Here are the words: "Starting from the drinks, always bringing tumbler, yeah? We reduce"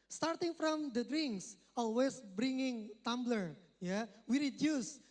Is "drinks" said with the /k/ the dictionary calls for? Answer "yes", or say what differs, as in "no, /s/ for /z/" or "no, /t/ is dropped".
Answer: yes